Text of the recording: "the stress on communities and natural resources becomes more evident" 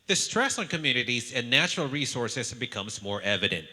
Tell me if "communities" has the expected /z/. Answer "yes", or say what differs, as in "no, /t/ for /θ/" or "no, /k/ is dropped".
yes